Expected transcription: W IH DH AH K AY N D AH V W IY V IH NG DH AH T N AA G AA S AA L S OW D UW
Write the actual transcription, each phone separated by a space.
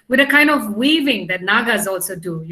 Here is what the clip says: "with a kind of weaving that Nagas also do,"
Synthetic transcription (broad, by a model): W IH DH AH K AY N D AH V W IY V IH NG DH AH T N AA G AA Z AA L S OW D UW